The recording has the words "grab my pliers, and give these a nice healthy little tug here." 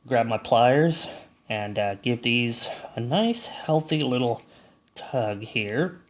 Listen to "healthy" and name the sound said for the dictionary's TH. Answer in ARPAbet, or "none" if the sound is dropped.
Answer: TH